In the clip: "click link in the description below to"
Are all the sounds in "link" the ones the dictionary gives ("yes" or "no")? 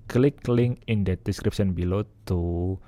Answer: no